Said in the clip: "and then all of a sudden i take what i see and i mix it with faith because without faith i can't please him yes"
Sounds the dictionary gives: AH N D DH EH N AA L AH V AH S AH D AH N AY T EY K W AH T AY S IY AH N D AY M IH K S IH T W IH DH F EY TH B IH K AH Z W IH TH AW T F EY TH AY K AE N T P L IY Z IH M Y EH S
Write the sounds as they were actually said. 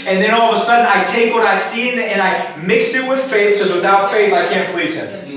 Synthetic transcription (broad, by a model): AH N DH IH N AA L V AH S AH D N AY T EY K W AH T AY S IY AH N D AY M IH K S IH T W IH DH F EY TH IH K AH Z W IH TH AW T F EY TH AY K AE N P L IY Z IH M